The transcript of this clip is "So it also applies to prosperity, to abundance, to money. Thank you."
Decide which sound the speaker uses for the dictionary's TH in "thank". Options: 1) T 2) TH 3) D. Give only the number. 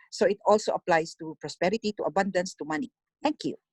1